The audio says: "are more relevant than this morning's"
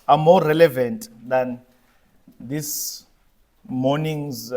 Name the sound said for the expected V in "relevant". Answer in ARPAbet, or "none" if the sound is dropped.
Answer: V